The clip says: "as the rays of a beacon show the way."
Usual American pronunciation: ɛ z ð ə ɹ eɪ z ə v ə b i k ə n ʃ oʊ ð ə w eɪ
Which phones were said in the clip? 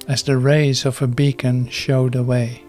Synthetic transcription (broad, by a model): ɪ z ð ə ɹ eɪ z ə v ə b i k ə n ʃ oʊ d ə w eɪ